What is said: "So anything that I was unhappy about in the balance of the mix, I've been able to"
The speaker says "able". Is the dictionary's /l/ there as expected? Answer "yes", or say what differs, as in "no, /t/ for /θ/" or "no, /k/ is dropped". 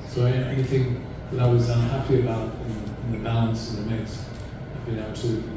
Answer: no, /w/ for /l/